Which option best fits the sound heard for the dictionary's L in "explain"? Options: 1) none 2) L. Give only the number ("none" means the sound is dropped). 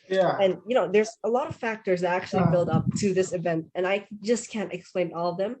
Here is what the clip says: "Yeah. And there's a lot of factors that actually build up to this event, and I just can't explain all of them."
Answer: 2